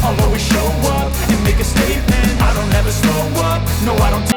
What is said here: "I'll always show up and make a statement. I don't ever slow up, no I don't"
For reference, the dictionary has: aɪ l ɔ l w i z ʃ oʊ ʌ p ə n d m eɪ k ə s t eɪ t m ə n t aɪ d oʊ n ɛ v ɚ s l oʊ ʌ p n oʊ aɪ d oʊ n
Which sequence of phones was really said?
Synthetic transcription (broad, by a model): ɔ l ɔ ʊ w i ʃ oʊ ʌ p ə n m eɪ k ə s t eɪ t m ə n aɪ d oʊ n ɛ v ɚ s oʊ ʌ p n oʊ aɪ d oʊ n